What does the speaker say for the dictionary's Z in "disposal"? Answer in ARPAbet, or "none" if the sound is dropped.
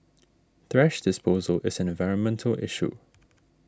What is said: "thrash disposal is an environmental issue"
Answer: Z